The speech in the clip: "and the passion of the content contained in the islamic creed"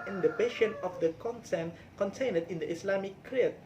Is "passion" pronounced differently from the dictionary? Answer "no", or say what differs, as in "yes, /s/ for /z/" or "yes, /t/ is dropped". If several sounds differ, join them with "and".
yes, /b/ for /p/